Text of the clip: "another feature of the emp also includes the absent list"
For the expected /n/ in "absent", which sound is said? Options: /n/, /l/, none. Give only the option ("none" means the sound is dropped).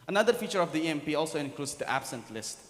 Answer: /n/